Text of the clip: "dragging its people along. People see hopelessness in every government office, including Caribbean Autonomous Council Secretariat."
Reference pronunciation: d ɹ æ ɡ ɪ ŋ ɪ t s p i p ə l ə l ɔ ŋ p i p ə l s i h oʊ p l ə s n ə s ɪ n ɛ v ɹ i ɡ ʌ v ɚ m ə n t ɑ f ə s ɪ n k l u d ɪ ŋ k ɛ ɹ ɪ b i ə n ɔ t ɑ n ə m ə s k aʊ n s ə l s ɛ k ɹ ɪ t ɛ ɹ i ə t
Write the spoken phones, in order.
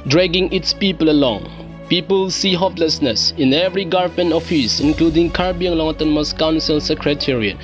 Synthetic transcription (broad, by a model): d ɹ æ ɡ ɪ ŋ ɪ t s p i p ə l ə l ɔ ŋ p i p ə l s i h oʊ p l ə s n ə s ɪ n ɛ v ɹ i ɡ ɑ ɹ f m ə n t ɑ f ə s ɪ n k l u d ɪ ŋ k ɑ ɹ b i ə l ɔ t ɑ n m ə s k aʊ n s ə l s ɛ k ɹ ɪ t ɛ ɹ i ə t